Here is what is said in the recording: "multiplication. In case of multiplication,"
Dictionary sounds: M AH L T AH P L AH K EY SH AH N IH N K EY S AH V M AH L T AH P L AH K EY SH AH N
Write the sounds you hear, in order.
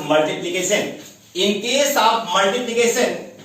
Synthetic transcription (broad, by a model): M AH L T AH P L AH K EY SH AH N IH N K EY S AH P M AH L T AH P L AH K EY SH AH N